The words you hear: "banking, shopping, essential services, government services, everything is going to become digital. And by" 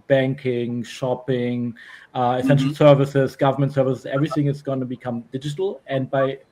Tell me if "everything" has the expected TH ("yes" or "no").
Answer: yes